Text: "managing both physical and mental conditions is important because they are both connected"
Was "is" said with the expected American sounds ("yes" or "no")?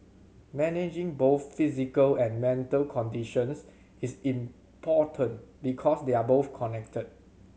no